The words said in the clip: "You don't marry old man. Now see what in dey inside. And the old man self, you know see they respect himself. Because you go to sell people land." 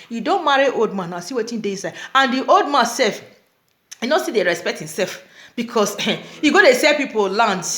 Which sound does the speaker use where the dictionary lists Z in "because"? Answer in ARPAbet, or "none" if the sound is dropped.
S